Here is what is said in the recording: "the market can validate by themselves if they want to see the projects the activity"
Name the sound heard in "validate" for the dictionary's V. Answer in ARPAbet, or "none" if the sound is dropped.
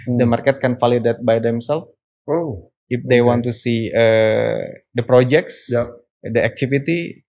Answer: F